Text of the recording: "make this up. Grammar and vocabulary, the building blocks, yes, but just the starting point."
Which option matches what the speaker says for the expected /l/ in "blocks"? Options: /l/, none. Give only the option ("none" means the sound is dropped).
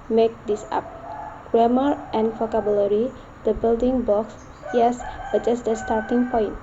none